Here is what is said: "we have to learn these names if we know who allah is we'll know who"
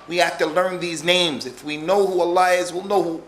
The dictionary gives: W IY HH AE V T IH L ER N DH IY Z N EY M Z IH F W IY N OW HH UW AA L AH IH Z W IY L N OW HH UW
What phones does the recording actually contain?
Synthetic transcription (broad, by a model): W IY HH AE F T IH L ER N DH IY Z N EY M Z IH F W IY N OW HH UW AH L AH IH Z W IY L N OW HH UW